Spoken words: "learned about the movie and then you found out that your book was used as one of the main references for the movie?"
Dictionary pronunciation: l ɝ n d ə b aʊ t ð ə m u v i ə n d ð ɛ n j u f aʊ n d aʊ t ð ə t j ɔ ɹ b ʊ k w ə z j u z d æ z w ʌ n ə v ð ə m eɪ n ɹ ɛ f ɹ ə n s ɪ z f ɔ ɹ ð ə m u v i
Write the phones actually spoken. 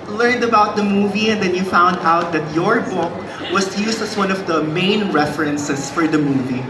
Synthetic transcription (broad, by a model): l ɝ n d ə b aʊ t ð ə m u v i ə n d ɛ n j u f aʊ n d aʊ t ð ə t j ɔ ɹ b ʊ k w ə s j u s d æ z w ʌ n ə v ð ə m eɪ n ɹ ɛ f ɹ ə n s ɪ s f ɔ ɹ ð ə m u v i